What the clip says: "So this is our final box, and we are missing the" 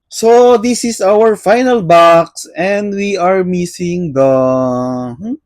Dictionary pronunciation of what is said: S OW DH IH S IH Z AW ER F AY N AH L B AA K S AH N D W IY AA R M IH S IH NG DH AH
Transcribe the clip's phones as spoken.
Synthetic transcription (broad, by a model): S OW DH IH S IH S AW ER F AY N AH L B AA K S AH N D W IY AA R M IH S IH NG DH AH